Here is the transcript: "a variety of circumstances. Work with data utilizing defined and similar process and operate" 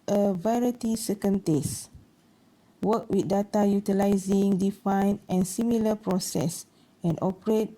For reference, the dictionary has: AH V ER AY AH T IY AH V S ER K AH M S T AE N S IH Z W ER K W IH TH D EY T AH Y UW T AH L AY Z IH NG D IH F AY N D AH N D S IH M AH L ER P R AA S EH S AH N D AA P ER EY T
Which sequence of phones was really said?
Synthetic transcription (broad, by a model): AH V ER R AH T IY S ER K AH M T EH S W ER K W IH D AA T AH Y UW T AH L AY Z IH NG D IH F AY N AH N S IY M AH L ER P R AA S EH S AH N AA P ER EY T